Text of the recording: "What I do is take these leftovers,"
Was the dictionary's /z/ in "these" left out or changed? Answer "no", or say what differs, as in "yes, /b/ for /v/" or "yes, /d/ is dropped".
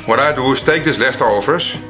yes, /s/ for /z/